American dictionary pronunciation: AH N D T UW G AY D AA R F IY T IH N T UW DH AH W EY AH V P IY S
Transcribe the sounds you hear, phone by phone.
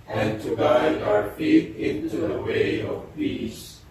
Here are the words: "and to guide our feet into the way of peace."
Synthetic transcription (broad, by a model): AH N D T UW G AY AA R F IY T IH N T UW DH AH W EY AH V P IY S